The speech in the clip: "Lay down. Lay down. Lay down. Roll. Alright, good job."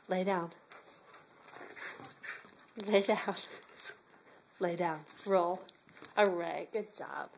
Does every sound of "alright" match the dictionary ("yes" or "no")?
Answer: no